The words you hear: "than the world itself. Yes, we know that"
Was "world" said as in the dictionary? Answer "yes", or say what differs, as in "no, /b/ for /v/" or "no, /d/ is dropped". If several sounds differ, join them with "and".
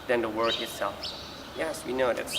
no, /l/ is dropped